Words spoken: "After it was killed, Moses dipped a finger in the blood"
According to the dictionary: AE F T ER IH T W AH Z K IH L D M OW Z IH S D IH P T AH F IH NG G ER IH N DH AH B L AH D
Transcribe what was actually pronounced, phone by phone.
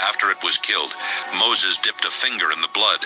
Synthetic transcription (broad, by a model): AE F T ER IH T W AH Z K IH L D M OW Z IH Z D IH P T AH F IH NG G ER IH N DH AH B L AH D